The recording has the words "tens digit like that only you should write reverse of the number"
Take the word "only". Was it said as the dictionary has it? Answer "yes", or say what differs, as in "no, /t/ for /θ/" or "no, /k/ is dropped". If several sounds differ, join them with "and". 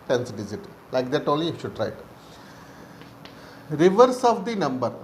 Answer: no, /n/ is dropped